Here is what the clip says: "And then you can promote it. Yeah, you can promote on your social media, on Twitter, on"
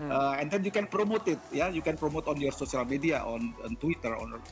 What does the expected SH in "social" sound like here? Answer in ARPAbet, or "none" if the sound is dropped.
S